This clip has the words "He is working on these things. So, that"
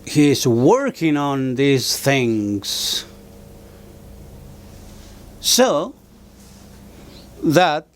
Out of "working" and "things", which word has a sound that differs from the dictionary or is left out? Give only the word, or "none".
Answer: none